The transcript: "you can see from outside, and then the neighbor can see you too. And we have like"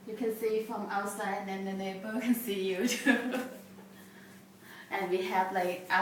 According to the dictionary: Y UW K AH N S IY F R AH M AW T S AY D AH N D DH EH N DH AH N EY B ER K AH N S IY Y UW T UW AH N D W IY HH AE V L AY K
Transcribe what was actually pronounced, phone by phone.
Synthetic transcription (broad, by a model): Y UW K AH N S IY F R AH M AW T S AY AH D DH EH N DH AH N EY B ER K AH N S IY Y UW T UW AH N W IY HH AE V L AY K